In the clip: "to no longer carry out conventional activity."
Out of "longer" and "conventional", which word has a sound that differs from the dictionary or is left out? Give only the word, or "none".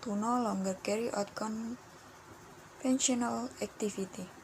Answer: conventional